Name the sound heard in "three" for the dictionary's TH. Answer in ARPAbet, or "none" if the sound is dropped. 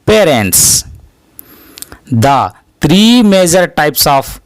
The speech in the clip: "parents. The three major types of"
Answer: T